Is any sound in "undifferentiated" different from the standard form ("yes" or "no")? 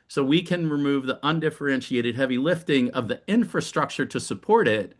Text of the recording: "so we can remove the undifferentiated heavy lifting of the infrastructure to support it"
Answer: no